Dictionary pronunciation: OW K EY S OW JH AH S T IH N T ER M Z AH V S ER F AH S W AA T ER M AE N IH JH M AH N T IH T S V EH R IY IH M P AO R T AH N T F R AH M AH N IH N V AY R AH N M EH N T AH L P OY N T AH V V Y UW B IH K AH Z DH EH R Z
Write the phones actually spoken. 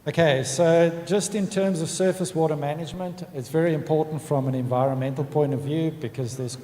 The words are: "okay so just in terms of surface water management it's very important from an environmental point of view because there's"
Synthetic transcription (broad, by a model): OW K EY S OW JH AH S T IH N T ER M Z AH V S ER F AH S W AA T ER M AE N IH JH M AH N T IH T S V EH R IY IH M P AO R T N T F R AH M AH N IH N V AY R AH N M EH N T L P OY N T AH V V Y UW B IH K AH Z DH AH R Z